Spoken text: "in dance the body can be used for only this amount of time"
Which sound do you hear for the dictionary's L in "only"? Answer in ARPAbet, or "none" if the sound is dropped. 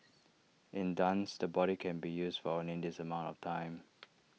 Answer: none